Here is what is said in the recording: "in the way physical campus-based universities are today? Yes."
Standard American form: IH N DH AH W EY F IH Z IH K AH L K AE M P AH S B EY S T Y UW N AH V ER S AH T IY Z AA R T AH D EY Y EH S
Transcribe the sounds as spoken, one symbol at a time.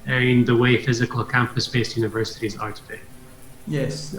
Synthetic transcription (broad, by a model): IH N DH AH W EY F IH Z IH K AH L K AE M P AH S B EY S T Y UW N AH V ER S AH T IY Z AA R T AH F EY Y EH S